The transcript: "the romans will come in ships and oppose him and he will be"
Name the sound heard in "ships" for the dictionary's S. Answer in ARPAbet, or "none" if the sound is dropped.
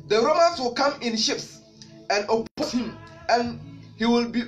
S